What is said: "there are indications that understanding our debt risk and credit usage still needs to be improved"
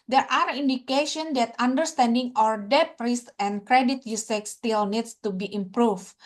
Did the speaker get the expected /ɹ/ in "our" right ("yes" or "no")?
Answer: yes